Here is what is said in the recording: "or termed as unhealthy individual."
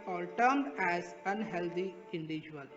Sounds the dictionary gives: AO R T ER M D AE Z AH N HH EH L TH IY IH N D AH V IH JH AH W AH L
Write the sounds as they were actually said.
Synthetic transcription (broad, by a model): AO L T ER M D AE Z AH N HH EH L T IY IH N D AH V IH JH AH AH L